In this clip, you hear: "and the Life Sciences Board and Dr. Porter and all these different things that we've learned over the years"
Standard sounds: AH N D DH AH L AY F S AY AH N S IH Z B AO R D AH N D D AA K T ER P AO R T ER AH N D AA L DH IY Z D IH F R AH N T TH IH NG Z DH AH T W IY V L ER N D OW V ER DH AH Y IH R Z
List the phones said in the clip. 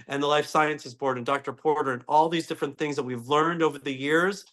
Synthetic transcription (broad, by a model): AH N DH AH L AY F S AY AH N S IH Z B AO R D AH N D D AA K T ER P AO R T ER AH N AA L DH IY Z D IH F R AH N TH IH NG Z DH AH T W IY V L ER N D OW V ER DH AH Y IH R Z